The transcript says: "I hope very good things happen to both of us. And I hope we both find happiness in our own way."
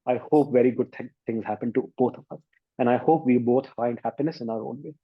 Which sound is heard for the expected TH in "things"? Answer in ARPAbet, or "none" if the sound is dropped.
T